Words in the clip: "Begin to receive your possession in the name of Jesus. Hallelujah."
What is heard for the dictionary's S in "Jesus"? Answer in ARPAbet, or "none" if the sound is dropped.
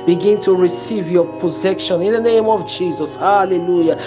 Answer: S